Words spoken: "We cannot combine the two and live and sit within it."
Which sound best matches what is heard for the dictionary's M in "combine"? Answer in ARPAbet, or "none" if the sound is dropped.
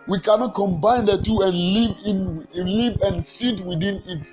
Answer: M